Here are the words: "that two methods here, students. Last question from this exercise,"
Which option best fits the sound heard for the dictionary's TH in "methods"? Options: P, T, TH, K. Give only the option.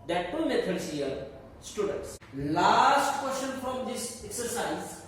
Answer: T